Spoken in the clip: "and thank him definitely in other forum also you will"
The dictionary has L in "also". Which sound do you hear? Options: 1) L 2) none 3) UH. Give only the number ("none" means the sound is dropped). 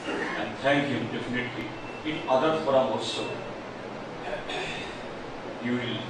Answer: 2